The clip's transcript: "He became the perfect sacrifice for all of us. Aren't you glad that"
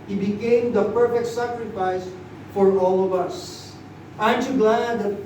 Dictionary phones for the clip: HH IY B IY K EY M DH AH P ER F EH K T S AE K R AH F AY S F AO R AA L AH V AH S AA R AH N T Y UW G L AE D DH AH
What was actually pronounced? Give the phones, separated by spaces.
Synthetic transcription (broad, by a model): HH IY B IY K EY M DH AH P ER F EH K T S AE K R AH F AY S F AO R AA L AH V AH S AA AH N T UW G L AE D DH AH